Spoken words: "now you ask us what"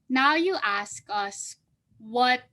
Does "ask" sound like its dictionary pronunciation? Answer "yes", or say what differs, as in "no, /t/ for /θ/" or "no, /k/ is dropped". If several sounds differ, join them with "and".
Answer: yes